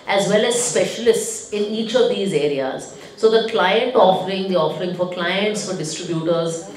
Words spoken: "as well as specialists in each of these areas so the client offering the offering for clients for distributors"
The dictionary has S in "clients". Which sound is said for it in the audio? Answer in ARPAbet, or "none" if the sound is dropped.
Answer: S